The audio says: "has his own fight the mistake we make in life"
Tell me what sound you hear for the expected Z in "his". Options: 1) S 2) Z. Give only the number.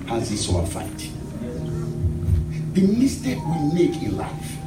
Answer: 1